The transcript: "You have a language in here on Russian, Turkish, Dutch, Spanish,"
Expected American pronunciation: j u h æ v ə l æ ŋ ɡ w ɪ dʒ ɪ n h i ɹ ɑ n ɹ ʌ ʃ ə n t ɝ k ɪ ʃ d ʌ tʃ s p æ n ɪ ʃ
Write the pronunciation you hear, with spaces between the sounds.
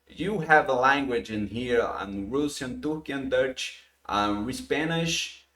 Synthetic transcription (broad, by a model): j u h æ v ə l æ ŋ ɡ w ɪ dʒ ɪ n h i ɹ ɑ n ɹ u s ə n t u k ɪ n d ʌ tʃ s p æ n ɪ ʃ